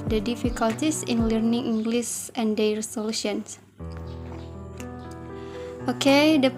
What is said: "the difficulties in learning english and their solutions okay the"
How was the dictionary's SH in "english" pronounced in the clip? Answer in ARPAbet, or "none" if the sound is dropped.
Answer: S